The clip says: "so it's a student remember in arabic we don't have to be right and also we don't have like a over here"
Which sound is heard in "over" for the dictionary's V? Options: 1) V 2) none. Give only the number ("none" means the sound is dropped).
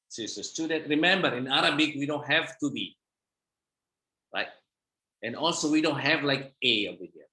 2